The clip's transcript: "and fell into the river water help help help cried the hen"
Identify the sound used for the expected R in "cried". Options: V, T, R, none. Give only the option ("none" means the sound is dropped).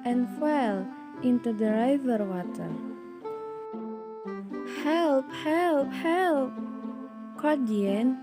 none